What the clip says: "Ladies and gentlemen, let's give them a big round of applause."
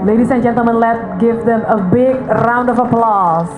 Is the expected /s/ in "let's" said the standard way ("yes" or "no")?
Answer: no